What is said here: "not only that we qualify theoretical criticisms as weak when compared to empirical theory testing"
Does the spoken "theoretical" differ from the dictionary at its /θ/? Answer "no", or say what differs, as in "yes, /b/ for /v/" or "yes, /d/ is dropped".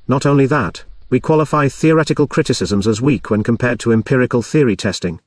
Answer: no